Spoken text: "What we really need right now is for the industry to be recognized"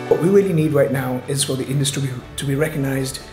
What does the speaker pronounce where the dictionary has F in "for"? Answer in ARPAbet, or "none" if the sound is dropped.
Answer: F